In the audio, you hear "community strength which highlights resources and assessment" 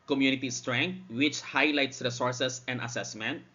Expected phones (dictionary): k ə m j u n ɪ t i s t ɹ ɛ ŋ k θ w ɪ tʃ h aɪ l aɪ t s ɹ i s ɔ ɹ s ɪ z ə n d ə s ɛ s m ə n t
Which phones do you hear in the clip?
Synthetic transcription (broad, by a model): k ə m j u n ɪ t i s t ɹ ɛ ŋ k t w ɪ tʃ h aɪ l aɪ t s ɹ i s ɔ ɹ s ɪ s ə n d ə s ɛ s m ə n t